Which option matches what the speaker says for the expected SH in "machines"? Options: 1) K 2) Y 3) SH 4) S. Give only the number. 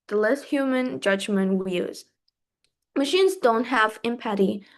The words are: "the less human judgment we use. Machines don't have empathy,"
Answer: 3